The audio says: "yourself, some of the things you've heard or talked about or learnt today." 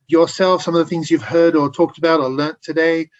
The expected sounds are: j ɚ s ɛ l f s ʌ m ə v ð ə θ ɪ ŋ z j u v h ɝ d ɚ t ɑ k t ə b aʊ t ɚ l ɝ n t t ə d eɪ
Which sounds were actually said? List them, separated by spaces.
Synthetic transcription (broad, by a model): j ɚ s ɛ l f s ʌ m ə v ð ə θ ɪ ŋ z j u v h ɝ d ɚ t ɑ k t ə b aʊ t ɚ l ɝ n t t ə d eɪ